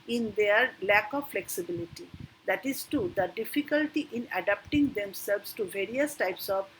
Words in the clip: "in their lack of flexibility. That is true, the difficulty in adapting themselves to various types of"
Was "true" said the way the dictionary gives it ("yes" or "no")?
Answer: no